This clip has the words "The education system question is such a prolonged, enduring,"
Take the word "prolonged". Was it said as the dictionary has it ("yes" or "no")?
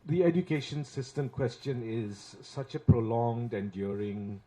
yes